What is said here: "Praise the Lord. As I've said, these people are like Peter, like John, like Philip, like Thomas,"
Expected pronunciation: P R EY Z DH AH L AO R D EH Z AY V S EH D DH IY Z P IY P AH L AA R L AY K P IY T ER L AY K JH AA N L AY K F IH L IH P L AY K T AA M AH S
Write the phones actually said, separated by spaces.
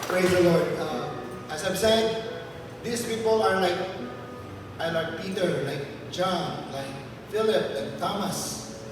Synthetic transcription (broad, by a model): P R EY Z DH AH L AO R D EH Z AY B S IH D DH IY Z P IY P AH L AA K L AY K P IY T ER L AY K JH AA N L AY K F IH L IH P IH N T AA M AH S